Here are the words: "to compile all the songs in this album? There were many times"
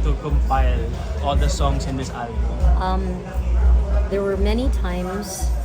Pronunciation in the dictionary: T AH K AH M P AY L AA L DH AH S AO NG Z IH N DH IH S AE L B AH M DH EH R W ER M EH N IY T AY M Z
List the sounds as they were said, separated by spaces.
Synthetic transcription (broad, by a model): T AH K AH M F AY L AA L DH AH S AO NG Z IH N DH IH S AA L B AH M DH EH R W ER M EH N IY T AY M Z